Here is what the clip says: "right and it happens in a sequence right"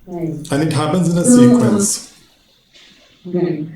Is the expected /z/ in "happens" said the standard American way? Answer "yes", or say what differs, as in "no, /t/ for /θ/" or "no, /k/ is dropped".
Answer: yes